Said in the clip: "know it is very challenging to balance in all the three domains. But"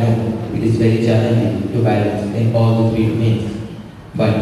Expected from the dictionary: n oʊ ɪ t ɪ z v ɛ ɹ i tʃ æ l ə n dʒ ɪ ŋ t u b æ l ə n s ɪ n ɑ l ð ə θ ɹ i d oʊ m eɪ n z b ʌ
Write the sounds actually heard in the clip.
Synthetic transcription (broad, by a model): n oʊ ɪ t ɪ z v ɛ ɹ i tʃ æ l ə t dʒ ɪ t u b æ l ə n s ɪ n ɑ l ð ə f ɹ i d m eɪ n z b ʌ